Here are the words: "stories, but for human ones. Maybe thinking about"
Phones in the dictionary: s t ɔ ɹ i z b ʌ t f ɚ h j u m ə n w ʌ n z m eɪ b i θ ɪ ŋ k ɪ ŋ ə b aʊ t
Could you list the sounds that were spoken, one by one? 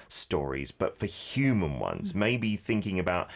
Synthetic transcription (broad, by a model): s t ɔ ɹ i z b ʌ t f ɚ h j u m ə n w ʌ n z m eɪ b i θ ɪ ŋ k ɪ ŋ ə b aʊ t